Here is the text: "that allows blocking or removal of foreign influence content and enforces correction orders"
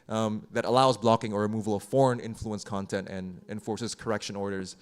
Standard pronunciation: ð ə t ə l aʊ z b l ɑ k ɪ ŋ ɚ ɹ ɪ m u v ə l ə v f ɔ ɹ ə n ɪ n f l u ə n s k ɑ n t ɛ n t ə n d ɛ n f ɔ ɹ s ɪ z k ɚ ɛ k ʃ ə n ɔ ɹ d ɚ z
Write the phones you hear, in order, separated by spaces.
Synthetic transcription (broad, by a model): ð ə t ə l aʊ z b l ɑ k ɪ ŋ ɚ ɹ ɪ m u v ə l ə v f ɔ ɹ ə n ɪ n f l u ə n s k ɑ n t ɛ n t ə n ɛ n f ɔ ɹ s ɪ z k ɚ ɛ k ʃ ə n ɔ ɹ d ɚ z